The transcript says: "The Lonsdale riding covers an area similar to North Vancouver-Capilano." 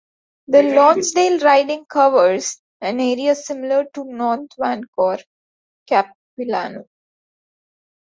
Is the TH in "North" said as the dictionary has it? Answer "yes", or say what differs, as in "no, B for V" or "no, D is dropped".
no, T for TH